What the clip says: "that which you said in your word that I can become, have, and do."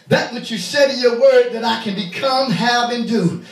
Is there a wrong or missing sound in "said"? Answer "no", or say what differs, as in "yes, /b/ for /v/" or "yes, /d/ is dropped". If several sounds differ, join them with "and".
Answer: no